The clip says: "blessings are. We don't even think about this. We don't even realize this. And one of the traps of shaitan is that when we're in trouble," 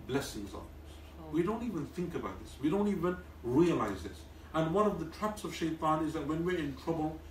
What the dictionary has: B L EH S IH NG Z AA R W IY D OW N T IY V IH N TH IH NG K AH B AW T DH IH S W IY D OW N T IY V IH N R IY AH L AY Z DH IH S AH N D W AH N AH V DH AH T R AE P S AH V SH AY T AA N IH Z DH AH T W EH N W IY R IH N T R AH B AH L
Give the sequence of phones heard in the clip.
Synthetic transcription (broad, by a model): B L EH S IH NG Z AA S W IY D OW N T IY V IH N TH IH NG K AH B AW T DH IH S W IY D OW N T IY V IH N R IY AH L AY Z DH IH S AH N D W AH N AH V DH AH T R AE P S AH V SH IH T AA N IH Z DH AH T W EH N W IY R IH N T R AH B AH L